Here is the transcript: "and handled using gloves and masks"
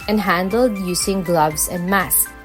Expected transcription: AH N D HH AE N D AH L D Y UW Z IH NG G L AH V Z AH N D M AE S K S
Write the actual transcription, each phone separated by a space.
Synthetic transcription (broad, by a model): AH N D HH AE N D AH L D Y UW S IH NG G L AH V S AH N D M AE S S